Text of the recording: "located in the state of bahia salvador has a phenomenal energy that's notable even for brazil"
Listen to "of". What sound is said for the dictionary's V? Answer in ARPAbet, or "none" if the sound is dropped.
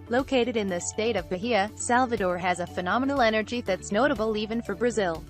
V